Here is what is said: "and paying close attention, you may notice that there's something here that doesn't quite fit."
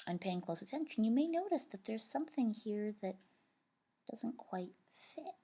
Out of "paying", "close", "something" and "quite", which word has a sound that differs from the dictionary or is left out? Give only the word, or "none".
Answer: none